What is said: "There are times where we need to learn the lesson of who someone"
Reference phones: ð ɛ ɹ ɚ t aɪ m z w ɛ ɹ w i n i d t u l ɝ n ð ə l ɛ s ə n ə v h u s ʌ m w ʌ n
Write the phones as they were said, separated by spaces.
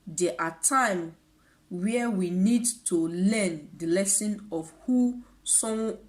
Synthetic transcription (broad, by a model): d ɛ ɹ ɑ t aɪ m w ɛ w i n i d t u l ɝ n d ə l ɛ s ə n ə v h u s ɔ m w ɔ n